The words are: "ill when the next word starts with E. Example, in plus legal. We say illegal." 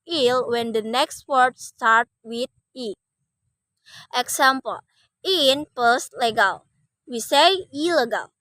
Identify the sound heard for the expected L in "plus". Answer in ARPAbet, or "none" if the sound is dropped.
none